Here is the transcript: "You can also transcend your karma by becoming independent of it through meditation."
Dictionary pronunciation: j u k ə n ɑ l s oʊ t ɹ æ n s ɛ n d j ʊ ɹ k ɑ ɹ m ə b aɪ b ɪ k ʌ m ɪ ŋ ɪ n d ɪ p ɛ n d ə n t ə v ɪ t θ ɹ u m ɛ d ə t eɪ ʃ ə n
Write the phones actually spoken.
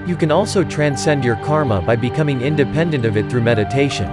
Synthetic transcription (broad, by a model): j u k ə n ɑ l s oʊ t ɹ æ n s ɛ n d j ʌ ɹ k ɑ ɹ m ə b aɪ b ɪ k ʌ m ɪ ŋ ɪ n d ɪ p ɛ n d ə n t ə v ɪ t θ ɹ u m ɛ d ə t eɪ ʃ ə n